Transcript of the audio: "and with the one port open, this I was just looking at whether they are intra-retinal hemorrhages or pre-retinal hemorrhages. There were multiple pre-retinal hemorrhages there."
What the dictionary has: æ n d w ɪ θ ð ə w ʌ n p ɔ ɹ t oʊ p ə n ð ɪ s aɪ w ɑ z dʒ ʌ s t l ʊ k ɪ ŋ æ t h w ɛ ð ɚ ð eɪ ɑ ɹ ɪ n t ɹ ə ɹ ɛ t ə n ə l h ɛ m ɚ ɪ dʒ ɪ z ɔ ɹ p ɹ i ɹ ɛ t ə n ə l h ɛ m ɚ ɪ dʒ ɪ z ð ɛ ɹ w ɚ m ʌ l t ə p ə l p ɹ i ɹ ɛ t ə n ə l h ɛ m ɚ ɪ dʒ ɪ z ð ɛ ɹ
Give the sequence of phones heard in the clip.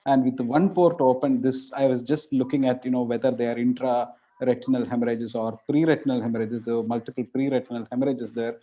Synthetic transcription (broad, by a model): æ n d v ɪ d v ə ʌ n p ɔ ɹ t oʊ p ə n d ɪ s aɪ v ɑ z dʒ ʌ s t l ʊ k ɪ ŋ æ t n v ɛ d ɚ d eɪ ɑ ɹ ɪ n t ɹ ə ɹ ɛ t ə n ə l h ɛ m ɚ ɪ dʒ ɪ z ɔ ɹ p ɹ i ɹ ɛ t ə n ə l h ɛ m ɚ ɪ dʒ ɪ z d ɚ m ʌ l t ə p ə l p ɹ i ɹ ɛ t ə n ə l h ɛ m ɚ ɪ dʒ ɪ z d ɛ ɹ